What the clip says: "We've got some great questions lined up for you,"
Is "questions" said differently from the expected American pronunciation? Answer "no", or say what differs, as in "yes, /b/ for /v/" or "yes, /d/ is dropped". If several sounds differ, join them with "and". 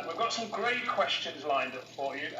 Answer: no